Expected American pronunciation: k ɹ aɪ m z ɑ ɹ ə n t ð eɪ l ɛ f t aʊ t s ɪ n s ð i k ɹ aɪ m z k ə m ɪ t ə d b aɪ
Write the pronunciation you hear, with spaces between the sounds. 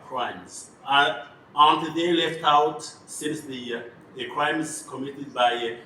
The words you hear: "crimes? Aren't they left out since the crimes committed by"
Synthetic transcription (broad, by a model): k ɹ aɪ m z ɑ ə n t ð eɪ l ɛ f t aʊ t s ɪ n s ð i k ɹ aɪ m z k ə m ɪ t ə d b aɪ